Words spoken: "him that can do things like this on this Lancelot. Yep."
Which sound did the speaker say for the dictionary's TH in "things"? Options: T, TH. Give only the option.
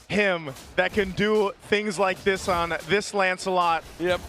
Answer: TH